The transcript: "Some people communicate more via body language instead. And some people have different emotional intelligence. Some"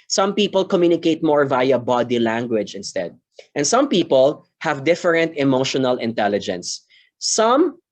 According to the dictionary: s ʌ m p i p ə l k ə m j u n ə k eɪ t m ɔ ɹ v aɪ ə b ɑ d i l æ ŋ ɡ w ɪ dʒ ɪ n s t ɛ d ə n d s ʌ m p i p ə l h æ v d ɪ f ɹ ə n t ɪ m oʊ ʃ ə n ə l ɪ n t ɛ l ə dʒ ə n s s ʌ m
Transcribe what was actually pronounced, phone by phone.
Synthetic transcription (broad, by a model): s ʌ m p i p ə l k ə m j u n ə k eɪ t m ɔ ɹ v aɪ ə b ɑ d i l æ ŋ ɡ w ɪ dʒ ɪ n s t ɛ d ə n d s ʌ m p i p ə l h æ v d ɪ f ɹ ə n t ɪ m oʊ ʃ ə n ə l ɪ n t ɛ l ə dʒ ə n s s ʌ m